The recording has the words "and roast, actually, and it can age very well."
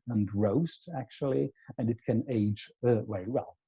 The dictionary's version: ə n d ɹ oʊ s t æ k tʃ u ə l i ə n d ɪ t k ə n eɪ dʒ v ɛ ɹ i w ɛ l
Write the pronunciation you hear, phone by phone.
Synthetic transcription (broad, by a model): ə n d ɹ oʊ s t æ k tʃ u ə l i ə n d ɪ t k ə n eɪ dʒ w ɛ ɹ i w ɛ l